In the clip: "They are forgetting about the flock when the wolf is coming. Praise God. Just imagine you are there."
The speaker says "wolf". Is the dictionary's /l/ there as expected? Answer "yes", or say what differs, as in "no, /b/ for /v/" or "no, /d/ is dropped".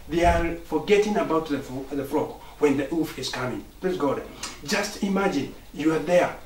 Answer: no, /l/ is dropped